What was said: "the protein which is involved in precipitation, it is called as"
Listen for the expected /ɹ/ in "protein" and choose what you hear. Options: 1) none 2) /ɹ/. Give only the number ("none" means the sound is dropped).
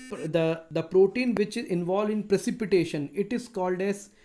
2